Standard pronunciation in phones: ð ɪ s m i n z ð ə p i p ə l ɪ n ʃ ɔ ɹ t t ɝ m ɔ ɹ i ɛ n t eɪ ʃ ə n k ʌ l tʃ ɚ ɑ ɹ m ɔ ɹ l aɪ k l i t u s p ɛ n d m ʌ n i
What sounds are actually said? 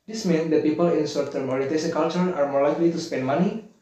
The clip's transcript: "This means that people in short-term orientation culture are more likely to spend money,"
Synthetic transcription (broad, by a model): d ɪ s m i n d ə p i p ə l ɪ n s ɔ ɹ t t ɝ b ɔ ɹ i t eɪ s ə k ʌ l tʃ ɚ ɑ ɹ m ɔ ɹ l aɪ k l i t u s p ɛ n d m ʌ n i